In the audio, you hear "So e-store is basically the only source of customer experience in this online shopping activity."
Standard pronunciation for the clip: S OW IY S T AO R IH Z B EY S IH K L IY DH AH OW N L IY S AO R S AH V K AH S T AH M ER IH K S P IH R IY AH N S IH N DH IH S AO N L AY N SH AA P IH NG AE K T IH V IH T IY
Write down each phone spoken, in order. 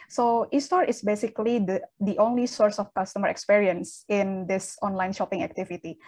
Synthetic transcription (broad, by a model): S OW IY S T AO R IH S B EY S IH K L IY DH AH OW N L IY S AO R S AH F K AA S T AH M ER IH K S P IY R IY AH N S IH N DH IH S AO N L AY N SH AA P IH NG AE K T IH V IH T IY